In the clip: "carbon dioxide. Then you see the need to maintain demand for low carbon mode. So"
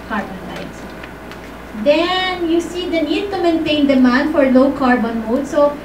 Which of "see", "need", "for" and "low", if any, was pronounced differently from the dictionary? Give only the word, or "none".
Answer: none